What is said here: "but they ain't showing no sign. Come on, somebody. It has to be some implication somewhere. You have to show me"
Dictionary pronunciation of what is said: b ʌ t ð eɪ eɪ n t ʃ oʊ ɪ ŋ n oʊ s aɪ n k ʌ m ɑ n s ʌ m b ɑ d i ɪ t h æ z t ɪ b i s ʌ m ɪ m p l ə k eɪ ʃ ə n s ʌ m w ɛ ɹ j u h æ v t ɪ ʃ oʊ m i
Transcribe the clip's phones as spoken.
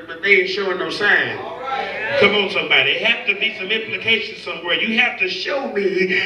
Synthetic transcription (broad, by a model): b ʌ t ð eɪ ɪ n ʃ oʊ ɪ n oʊ s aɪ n k ʌ m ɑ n s ʌ m b ɑ d i ɪ t h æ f t ɪ b i s ʌ m ɪ m p l ə k eɪ ʃ ə n s ʌ m w ɛ ɹ j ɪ h æ f t ɪ ʃ oʊ m i